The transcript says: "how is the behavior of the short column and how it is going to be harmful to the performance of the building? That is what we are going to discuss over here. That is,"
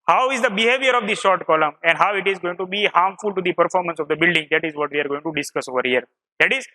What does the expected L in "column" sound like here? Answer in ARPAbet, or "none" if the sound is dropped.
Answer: L